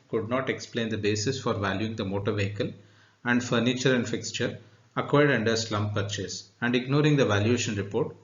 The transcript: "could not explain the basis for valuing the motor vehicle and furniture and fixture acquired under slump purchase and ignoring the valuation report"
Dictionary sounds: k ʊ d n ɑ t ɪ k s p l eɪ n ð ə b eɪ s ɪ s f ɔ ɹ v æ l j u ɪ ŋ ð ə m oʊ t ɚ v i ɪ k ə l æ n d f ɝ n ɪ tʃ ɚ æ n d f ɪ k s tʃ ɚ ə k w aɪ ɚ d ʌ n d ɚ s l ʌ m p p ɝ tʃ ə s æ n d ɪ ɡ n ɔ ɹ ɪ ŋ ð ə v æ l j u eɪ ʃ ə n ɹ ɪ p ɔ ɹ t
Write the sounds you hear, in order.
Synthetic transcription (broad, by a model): k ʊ d n ɑ t ɪ k s p l eɪ n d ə b eɪ s ɪ s f ɔ ɹ v æ l j u ɪ ŋ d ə m oʊ t ɚ v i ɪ k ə l æ n d f ɝ n ɪ tʃ ɚ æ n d f ɪ k s tʃ ɚ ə k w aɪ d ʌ n d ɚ s l ʌ m p p ɝ tʃ ə s æ n d ɪ ɡ n ɔ ɹ ɪ ŋ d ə v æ l j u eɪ ʃ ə n ɹ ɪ p ɔ ɹ t